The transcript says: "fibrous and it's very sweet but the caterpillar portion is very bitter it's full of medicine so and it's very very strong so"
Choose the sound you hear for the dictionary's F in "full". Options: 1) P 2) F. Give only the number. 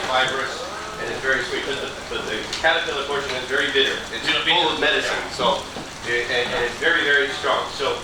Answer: 1